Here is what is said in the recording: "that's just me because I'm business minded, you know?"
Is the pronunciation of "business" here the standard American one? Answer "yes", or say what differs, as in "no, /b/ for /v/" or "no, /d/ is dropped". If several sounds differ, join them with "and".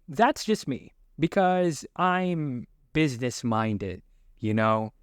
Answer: yes